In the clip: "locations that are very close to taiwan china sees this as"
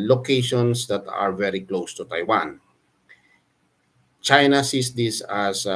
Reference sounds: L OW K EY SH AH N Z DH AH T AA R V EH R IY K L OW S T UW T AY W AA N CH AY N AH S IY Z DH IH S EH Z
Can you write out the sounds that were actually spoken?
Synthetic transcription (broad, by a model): L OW K EY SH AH N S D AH T AA R V EH R IY K L OW S T UW T AY W AA N CH AY N AH S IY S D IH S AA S